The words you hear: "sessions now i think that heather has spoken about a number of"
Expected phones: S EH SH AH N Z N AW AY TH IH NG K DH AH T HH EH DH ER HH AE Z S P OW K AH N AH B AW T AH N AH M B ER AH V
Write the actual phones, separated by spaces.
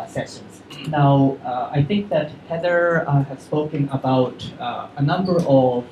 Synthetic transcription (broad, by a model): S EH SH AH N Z N AW AY TH IH NG K DH AH T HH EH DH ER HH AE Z S P OW K AH N AH B AW T AH N AH M B ER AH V